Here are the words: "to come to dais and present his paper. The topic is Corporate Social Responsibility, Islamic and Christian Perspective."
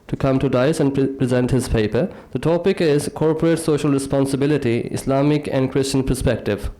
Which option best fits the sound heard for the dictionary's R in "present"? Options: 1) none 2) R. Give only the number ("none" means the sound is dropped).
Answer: 2